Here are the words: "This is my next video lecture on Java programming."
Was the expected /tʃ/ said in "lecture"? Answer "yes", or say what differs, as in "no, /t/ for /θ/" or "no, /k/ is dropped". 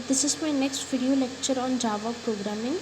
yes